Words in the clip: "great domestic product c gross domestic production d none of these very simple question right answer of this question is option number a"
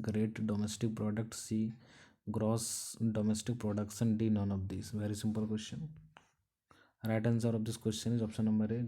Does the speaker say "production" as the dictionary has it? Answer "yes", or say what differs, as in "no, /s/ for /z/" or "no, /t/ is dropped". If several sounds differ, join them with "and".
no, /s/ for /ʃ/